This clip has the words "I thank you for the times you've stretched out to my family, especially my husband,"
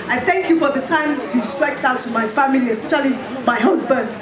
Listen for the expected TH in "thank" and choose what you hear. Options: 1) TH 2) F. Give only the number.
1